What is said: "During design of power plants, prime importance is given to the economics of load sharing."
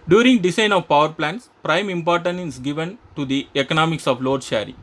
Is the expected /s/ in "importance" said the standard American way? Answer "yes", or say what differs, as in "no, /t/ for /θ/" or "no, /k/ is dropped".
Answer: no, /s/ is dropped